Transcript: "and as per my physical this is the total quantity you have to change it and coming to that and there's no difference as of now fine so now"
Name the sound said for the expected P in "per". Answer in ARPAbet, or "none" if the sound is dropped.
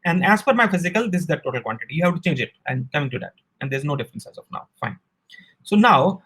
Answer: F